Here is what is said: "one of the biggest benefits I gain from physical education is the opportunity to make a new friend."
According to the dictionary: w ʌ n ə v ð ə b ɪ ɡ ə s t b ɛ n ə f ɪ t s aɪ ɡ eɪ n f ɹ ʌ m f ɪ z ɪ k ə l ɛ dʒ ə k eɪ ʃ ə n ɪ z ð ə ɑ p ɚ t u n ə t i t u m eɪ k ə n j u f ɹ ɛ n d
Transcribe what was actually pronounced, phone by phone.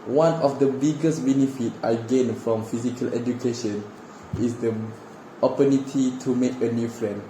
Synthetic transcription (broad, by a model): w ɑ n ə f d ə b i ɡ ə s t b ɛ n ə f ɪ t aɪ ɡ eɪ n f ɹ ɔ m f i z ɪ k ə l ɛ dʒ ə k eɪ ʃ ə n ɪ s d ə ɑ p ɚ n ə t i t u m eɪ k ə n j u f ɹ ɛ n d